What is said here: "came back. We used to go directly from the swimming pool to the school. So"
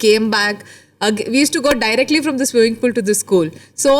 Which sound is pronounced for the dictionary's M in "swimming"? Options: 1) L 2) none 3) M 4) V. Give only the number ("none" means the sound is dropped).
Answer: 2